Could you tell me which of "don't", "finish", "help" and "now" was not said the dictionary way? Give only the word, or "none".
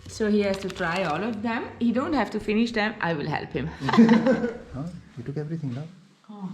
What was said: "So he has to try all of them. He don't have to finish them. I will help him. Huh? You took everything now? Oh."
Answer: now